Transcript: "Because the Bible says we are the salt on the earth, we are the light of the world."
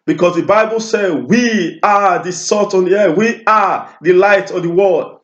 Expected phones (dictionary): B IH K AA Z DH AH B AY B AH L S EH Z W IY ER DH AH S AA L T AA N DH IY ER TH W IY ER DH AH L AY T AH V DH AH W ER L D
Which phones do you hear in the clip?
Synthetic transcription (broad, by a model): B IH K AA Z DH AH B AY B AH L S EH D W IY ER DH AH S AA T AA N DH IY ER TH W IY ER DH AH L AY T AH V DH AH W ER L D